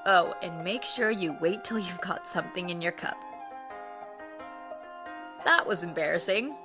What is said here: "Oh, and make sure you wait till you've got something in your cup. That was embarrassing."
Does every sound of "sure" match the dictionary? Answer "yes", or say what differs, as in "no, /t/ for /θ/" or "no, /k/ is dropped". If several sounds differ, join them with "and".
yes